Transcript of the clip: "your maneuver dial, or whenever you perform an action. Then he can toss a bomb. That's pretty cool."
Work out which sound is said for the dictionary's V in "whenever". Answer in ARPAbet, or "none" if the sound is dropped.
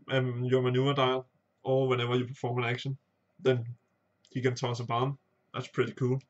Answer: V